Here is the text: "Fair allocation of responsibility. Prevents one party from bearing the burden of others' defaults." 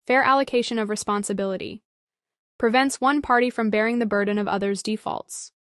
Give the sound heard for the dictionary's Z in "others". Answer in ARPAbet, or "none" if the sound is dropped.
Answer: Z